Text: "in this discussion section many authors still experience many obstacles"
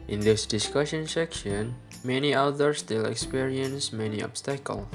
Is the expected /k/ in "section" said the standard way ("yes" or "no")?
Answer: yes